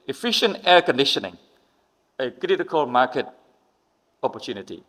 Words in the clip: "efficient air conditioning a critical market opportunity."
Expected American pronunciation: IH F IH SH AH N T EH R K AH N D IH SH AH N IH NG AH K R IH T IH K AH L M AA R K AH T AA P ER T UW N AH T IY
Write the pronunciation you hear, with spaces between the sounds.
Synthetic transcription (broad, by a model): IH F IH SH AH N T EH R K AH N D IH SH AH N IH NG AH K R IH T IH K AH L M AA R K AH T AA P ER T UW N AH T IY